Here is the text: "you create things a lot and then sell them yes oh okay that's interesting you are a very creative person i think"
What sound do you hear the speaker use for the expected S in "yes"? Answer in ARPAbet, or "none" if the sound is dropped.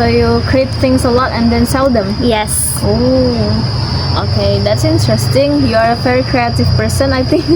S